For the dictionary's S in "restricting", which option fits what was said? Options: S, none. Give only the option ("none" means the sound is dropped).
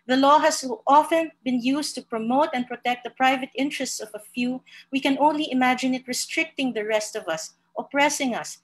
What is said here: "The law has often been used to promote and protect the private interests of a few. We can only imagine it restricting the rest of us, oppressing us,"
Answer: S